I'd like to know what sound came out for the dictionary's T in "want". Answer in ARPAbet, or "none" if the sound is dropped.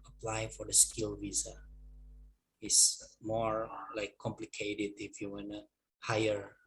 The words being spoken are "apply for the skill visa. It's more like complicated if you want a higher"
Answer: none